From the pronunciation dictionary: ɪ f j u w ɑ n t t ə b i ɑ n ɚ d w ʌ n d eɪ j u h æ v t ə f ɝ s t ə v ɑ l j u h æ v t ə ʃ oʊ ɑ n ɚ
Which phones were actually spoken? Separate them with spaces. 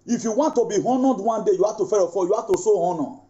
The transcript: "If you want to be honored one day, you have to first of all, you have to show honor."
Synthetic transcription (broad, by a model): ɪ f j u w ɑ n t t ə b i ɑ n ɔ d w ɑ n d eɪ j u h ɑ t ə f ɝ t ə f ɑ j u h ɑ t ə s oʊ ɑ n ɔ